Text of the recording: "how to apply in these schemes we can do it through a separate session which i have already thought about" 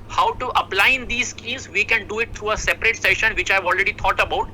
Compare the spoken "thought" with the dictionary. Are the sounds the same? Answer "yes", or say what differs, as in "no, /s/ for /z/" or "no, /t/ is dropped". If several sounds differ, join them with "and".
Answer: no, /t/ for /θ/